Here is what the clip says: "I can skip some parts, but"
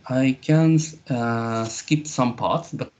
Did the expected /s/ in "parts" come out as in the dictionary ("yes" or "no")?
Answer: yes